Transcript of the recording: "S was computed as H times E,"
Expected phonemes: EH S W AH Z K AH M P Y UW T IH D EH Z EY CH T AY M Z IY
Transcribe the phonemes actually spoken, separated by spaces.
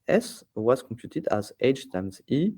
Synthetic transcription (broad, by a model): EH S W AH Z K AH P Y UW T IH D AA Z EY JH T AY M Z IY